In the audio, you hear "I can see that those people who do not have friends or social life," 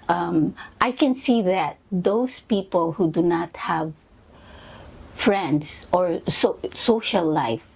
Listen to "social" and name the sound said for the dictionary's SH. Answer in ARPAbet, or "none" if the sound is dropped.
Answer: S